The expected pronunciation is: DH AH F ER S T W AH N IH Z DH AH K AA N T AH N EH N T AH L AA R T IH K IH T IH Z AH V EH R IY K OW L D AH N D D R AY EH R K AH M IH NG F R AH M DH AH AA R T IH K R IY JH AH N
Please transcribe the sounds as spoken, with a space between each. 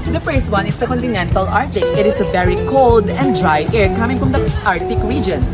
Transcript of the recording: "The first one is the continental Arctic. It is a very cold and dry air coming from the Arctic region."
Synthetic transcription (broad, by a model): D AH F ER S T W AH N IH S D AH K AA N T AH N EH N T AH L AA R T IH K IH T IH S AH V EH R IY K OW L D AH N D D R AY EH R K AH M IH NG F R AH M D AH AA R T IH K R IY JH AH N